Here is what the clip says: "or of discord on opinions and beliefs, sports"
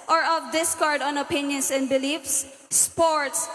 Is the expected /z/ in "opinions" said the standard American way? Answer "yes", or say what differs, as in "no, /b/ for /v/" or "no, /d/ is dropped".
no, /s/ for /z/